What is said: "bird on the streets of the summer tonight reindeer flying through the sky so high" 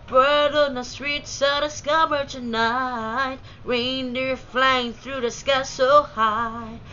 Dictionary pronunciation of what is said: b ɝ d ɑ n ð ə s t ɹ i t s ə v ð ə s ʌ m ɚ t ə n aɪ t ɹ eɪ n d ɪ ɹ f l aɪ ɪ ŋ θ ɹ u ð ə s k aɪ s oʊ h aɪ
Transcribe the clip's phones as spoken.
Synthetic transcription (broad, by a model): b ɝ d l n ð ə s t ɹ i t s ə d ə s ʌ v ɚ t ə n aɪ t ɹ eɪ n d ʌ ɹ f l aɪ ɪ ŋ θ ɹ u ð ə s k aɪ s oʊ h aɪ